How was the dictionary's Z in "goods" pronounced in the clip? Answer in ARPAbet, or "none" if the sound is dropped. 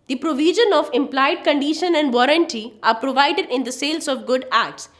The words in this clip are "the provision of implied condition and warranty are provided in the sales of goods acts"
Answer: none